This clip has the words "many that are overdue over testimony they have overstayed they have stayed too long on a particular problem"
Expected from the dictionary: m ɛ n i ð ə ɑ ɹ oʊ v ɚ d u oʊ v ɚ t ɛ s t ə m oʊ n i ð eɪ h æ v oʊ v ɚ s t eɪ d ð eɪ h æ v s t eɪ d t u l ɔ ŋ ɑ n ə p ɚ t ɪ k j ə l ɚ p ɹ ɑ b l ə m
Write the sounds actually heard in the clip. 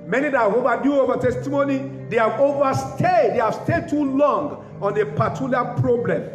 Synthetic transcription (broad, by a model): m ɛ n i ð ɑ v oʊ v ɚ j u oʊ v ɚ t ɛ s t ə m oʊ n i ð eɪ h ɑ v oʊ v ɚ s t eɪ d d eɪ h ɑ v s t eɪ d t u l ɔ ŋ ɑ n ə p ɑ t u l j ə ɑ p ɹ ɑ b l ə m